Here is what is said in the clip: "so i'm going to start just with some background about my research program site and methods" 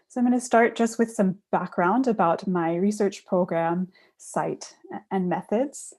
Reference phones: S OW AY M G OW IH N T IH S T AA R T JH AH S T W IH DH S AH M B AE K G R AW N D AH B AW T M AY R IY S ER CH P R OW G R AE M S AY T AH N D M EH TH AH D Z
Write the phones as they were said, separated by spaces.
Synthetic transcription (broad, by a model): S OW AY M G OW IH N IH S T AA R T JH AH S T W IH DH S AH M B AE K G R AW N D AH B AW T M AY R IY S ER CH P R OW G R AE M S AY T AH N M EH TH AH D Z